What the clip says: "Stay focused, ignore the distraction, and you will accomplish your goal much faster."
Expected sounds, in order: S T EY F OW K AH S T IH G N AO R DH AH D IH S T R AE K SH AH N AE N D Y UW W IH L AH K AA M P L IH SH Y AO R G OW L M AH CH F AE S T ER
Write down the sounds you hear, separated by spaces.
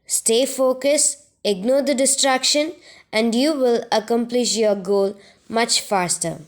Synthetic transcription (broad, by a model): S T EY F OW K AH S IH G N AO R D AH D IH S T R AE K SH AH N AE N D Y UW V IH L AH K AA M P L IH SH Y AO R G OW L M AH CH F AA S T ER